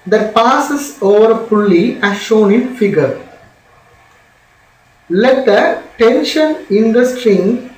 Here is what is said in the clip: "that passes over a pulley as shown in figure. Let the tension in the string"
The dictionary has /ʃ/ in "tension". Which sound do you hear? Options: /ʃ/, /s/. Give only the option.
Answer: /ʃ/